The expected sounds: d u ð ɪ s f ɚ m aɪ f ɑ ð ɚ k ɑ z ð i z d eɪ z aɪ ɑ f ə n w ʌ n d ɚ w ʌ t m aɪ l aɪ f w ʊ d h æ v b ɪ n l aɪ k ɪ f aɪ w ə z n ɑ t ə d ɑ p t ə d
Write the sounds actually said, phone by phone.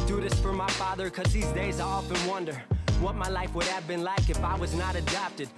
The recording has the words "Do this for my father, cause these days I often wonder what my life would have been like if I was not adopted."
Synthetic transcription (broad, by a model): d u ð ɪ s f ɚ m aɪ f ɑ ð ɚ k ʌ z ð i z d eɪ z aɪ ɑ f ə n w ʌ n d ɚ w ʌ t m aɪ l aɪ f w ʊ d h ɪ v b ɪ n l aɪ k ɪ f aɪ w ə z n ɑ t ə d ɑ p t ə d